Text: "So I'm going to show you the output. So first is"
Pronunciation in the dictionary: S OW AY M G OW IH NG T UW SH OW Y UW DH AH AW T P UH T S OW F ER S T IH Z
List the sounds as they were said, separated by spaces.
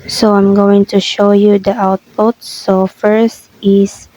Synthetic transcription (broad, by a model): S OW AY M G OW IH NG T UW SH OW Y UW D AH AW T P UH T S OW F ER S T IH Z